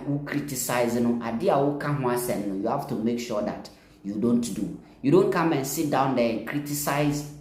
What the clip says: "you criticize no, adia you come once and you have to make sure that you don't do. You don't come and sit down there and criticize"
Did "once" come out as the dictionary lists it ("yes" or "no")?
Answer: no